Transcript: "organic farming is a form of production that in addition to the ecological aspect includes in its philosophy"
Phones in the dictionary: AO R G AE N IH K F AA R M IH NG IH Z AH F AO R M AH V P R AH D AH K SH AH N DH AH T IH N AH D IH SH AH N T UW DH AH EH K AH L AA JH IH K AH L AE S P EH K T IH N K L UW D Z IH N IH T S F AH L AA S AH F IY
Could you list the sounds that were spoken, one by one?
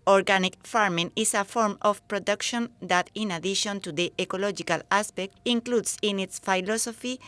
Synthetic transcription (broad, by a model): AO R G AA N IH K F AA R M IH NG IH S AH F AO R M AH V P R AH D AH K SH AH N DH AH T IH N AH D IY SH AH N T UW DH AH EH K AH L AA JH IH K AH L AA S P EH K T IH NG K L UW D S IH N IH T S F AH L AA S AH F IY